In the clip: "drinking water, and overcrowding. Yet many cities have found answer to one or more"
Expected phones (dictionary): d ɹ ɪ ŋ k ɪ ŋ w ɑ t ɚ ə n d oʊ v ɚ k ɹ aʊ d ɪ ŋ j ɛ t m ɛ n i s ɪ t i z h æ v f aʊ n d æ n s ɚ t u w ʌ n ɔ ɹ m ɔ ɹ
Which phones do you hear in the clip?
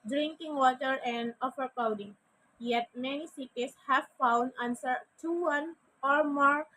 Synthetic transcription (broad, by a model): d ɹ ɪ ŋ k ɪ ŋ w ɑ t ɚ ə n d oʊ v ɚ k l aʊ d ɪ ŋ j ɛ t m ɛ n i s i t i s h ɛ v f aʊ n d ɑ n s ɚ t u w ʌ n ɔ ɹ m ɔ ɹ